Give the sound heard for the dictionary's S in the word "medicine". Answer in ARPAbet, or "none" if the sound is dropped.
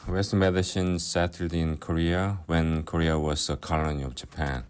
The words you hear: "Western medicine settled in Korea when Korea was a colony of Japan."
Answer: SH